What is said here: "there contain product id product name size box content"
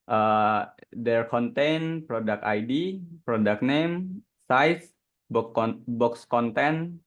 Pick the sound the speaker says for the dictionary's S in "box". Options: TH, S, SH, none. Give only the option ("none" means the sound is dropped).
S